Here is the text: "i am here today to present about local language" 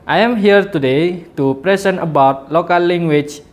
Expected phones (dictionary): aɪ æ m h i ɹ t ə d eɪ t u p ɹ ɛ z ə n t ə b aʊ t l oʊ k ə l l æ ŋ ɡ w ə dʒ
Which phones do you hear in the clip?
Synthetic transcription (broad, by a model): aɪ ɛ m h i ɹ t ə d eɪ t u p ɹ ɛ s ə n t ə b aʊ t l oʊ k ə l l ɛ ŋ ɡ w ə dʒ